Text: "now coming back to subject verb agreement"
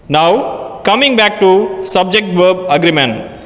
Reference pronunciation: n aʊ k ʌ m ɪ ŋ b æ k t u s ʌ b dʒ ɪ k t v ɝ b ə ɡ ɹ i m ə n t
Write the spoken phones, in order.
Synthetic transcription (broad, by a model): n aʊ k ʌ m ɪ ŋ b æ k t u s ʌ b dʒ ɪ k t v ɝ b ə ɡ ɹ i m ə n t